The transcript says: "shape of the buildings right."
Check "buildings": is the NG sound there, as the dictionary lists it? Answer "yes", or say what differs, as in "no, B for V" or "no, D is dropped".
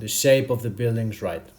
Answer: yes